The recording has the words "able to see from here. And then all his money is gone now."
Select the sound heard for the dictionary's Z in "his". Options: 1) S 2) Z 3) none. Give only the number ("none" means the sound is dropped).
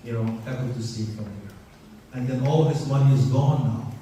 1